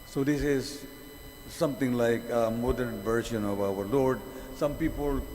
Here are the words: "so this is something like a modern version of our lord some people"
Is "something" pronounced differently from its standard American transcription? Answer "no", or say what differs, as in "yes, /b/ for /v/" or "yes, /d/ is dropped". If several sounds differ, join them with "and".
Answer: yes, /t/ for /θ/